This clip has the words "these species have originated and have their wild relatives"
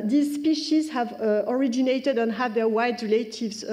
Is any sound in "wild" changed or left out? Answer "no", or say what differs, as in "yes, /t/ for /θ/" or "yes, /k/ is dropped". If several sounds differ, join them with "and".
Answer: yes, /l/ is dropped